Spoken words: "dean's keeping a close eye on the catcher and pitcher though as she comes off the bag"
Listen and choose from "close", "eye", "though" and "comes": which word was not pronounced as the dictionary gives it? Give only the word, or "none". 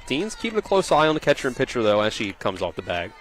none